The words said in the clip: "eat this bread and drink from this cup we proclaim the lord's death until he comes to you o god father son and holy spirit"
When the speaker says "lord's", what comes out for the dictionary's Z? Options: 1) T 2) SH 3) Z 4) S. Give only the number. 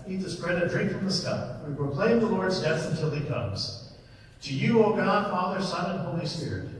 3